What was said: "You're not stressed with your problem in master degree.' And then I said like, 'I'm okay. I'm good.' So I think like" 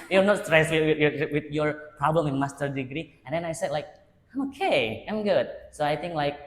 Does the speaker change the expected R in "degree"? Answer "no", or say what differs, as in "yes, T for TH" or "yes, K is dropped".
no